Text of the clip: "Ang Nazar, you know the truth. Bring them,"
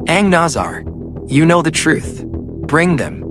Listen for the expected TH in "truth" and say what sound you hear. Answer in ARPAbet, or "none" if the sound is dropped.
TH